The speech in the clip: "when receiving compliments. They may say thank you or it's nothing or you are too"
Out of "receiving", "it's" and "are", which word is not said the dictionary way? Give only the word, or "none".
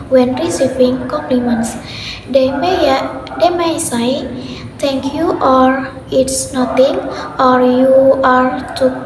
receiving